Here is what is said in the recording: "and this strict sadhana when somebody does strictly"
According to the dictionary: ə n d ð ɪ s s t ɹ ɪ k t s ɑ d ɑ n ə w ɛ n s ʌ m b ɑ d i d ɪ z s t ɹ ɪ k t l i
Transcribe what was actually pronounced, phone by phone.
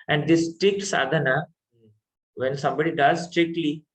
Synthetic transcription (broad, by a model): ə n d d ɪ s s t ɪ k s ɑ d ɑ n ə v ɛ n s ʌ m b ɑ d i d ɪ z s t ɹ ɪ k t l i